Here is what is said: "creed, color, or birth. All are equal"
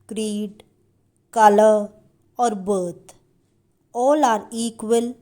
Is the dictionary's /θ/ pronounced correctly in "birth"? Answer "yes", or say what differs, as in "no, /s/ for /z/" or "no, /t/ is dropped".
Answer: no, /t/ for /θ/